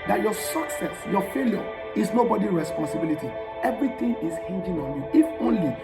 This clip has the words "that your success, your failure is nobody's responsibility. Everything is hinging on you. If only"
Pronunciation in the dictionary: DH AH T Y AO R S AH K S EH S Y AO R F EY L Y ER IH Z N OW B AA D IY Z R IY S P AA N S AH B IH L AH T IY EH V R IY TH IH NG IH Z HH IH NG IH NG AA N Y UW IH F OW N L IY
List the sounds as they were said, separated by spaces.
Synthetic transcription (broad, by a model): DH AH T Y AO S AH K S EH S Y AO F EY L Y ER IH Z N OW B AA D IY R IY S P AA N S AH B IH L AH T IY EH V R IY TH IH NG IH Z HH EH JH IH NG AA N Y UW IH F OW N L IY